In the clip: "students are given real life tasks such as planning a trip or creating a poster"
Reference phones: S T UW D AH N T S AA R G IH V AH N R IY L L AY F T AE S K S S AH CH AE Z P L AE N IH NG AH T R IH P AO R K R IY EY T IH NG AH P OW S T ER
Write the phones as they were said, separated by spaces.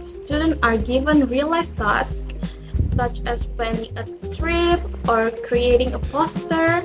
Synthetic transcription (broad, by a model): S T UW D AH N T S AA R G IH V AH N R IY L L AY F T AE S K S S AH CH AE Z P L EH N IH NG AH T R IH P AO R K R IY EY T IH NG AH P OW S T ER